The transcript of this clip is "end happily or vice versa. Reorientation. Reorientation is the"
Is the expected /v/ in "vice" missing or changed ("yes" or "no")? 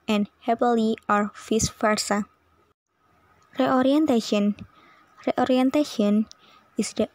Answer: yes